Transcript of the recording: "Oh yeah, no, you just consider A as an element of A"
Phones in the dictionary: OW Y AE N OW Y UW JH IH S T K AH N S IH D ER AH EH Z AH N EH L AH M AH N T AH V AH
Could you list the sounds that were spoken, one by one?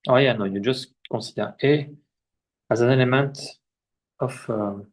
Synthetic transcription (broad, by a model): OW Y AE N OW Y UW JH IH S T K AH S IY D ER AH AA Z AH N EH L AH M AH N T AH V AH